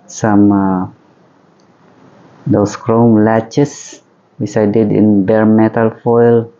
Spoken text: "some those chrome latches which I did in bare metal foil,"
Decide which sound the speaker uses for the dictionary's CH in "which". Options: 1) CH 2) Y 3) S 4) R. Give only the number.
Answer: 3